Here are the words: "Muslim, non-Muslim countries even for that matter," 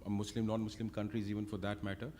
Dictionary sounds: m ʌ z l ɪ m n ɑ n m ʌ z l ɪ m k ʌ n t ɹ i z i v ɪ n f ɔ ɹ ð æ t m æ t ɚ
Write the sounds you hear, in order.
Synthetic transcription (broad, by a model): m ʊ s l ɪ m n ɑ n m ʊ s l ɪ m k ʌ n t ɹ i z i v ɪ n f ɔ ɹ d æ t m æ t ɚ